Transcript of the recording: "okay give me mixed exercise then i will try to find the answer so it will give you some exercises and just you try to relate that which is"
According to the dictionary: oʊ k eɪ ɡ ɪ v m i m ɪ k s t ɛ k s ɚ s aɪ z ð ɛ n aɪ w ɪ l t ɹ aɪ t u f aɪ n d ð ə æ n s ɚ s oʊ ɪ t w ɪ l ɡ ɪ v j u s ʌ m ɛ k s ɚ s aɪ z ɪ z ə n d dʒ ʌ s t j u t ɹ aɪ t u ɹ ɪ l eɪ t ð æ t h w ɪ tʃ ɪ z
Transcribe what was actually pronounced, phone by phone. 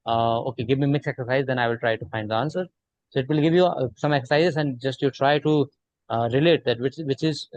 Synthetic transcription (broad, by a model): oʊ k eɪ ɡ ɪ v m i m ɪ k s ɛ k s ɚ s aɪ z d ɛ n aɪ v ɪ l t ɹ aɪ t u f aɪ n d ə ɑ n s ɚ s oʊ ɪ t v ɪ l ɡ ɪ v j u s ʌ m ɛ k s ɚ s aɪ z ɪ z ə n d dʒ ʌ s t j u t ɹ aɪ t u ɹ ɪ l eɪ t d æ t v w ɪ tʃ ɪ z